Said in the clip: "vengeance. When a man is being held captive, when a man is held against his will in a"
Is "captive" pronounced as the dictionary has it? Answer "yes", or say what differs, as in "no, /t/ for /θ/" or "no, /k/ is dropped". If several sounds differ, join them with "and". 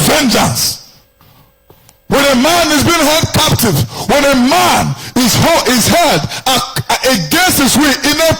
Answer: yes